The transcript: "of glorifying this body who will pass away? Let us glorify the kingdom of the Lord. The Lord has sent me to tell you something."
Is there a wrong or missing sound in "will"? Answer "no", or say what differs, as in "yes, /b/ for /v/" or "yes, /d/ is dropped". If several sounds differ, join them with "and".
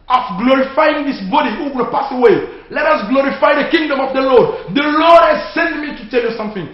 yes, /n/ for /l/